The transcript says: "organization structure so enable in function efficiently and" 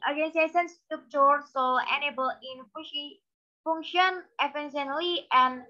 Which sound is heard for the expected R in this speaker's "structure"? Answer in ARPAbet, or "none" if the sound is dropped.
none